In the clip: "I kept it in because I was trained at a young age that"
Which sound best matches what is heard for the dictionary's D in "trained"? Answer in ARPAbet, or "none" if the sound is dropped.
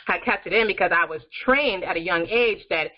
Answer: D